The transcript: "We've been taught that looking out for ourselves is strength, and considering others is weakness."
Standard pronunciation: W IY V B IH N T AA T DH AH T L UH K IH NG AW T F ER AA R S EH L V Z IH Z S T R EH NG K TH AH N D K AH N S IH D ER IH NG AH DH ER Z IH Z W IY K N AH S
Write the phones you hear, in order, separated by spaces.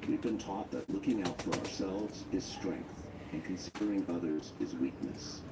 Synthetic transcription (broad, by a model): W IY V B IH N T AA T DH AH T L UH K IH NG AW T F ER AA R S EH L V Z IH Z S T R EH NG K TH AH N K AH N S IH D ER IH NG AH DH ER Z IH Z W IY K N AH S